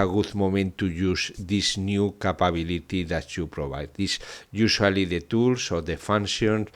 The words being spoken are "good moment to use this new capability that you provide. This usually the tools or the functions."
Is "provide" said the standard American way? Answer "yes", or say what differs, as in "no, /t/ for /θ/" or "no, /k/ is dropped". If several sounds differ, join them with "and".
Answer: no, /b/ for /v/